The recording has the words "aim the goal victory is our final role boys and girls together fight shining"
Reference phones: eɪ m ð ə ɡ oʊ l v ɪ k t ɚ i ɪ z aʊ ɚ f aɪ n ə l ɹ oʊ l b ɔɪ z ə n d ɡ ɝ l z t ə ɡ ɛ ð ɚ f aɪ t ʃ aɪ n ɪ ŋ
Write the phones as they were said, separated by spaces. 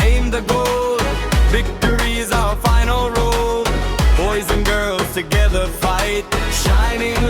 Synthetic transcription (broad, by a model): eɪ m ð ə ɡ oʊ l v ɪ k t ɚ i z aʊ ɚ f aɪ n l ɹ oʊ l b ɔɪ z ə n ɡ ɝ l z t ə ɡ ɛ ð ɚ f aɪ t ʃ aɪ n ɪ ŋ